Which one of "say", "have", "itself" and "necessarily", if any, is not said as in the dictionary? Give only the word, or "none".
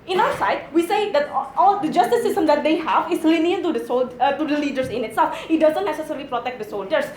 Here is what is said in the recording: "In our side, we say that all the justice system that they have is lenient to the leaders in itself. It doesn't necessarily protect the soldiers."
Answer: none